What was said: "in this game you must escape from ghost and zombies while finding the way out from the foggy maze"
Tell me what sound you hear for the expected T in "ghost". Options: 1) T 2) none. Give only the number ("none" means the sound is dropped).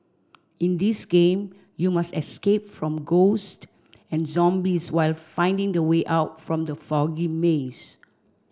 1